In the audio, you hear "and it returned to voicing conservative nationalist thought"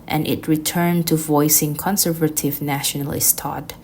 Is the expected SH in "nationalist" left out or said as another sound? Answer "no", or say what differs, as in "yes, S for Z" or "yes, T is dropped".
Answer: no